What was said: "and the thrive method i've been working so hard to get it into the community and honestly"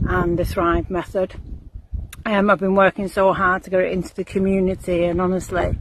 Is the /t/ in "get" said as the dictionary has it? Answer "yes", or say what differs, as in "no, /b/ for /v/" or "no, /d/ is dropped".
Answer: no, /t/ is dropped